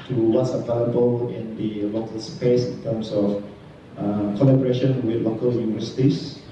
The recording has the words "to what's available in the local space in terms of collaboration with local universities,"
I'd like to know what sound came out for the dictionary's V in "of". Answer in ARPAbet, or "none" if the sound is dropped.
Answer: F